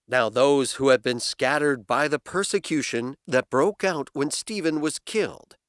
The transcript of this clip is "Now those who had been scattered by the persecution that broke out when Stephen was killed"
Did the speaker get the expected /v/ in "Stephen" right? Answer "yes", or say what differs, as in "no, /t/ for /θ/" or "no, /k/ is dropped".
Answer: yes